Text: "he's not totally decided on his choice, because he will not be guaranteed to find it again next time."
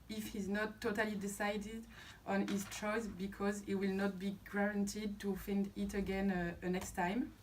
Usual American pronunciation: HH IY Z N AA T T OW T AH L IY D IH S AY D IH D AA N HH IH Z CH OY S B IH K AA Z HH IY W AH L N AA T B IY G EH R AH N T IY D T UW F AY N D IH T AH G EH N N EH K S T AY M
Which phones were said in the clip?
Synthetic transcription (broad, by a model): HH IY Z N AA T T OW T AH L IY D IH S AY D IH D AA N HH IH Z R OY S B IH K AA Z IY W AH L N AA T B IY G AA R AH N T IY D T UW F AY N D IH T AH G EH N N EH K S T AY M